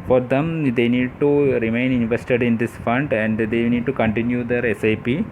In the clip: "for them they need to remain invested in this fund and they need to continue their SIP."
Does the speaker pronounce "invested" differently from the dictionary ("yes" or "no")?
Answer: no